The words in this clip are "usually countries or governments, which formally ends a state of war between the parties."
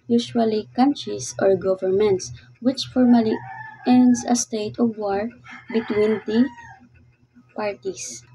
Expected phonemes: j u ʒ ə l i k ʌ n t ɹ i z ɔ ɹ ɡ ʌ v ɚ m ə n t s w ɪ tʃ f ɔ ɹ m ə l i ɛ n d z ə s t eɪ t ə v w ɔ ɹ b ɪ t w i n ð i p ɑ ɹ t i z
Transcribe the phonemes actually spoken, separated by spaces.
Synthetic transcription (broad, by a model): j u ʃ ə l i k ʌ n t ɹ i s ɔ ɹ ɡ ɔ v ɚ m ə n t s w ɪ tʃ f ɔ ɹ m ə l i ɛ n d s ə s t eɪ t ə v w ɔ ɹ b ɪ t w i n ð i p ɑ ɹ t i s